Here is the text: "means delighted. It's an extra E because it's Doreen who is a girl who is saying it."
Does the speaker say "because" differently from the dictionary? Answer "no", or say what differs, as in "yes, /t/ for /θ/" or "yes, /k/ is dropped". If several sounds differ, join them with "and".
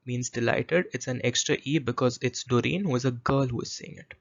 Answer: no